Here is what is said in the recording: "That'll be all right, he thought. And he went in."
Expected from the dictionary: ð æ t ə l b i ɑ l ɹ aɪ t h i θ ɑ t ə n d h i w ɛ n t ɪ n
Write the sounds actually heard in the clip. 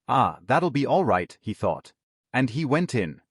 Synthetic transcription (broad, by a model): ð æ t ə l b i ɑ l ɹ aɪ t h i θ ɑ t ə n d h i w ɛ n t ɪ n